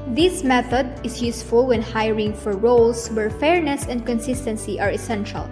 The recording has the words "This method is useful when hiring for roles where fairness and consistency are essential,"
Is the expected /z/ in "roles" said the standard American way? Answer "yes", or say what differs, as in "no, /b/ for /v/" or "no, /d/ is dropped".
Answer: no, /s/ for /z/